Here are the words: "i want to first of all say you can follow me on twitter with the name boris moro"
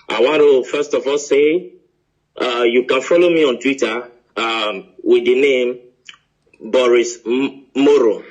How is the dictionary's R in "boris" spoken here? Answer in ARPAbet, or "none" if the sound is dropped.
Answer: R